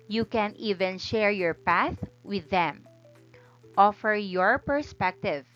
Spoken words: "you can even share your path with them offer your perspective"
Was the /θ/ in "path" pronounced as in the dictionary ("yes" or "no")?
yes